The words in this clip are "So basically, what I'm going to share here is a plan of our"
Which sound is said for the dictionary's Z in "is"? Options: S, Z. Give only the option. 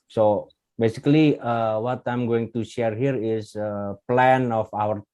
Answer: S